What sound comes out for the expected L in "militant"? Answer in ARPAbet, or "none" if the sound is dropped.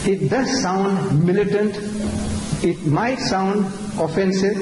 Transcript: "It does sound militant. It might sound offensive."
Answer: L